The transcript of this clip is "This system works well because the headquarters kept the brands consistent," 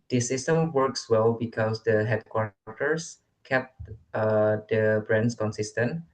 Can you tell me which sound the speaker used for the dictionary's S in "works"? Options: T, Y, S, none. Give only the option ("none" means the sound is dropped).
S